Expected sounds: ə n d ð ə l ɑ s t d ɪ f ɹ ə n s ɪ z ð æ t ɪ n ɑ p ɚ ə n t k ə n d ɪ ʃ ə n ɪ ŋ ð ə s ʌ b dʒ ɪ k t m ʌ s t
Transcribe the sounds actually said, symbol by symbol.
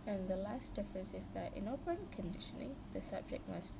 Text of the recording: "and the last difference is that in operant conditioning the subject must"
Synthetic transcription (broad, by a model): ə n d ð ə l ɑ s t d ɪ f ɹ ə n s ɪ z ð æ t ɪ n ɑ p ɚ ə n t k ə n d ɪ ʃ ə n ɪ ŋ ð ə s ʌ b dʒ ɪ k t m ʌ s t